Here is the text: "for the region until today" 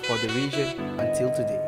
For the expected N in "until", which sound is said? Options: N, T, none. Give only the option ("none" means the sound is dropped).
N